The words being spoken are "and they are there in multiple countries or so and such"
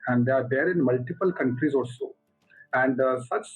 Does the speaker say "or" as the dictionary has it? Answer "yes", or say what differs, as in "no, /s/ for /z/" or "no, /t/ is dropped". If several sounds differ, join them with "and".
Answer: no, /l/ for /ɹ/